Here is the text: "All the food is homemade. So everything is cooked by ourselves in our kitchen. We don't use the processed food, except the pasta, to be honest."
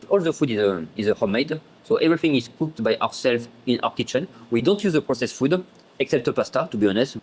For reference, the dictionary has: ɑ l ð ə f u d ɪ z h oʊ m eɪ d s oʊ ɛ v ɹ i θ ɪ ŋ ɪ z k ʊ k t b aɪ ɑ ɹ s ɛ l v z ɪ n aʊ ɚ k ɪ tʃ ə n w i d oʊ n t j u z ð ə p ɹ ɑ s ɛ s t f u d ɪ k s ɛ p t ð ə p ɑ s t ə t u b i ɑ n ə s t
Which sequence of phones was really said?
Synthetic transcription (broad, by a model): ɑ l ð ə f u d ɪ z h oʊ m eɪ d s oʊ ɛ v ɹ i θ ɪ ŋ ɪ z k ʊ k t b aɪ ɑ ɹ s ɛ l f ɪ n aʊ ɚ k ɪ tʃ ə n w i d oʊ n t j u z ð ə p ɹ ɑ s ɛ s f u d ɪ k s ɛ p t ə p ɑ s t ə t u b i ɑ n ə s t